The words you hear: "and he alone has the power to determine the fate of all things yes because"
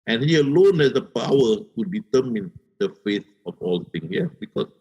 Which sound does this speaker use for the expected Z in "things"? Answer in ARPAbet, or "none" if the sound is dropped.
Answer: none